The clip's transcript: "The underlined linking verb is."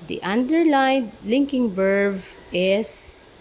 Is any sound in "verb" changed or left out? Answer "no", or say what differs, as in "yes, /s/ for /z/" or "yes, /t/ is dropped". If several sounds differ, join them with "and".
yes, /b/ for /v/